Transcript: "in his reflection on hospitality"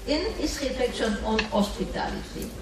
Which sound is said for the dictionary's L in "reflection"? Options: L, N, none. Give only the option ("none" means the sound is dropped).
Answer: none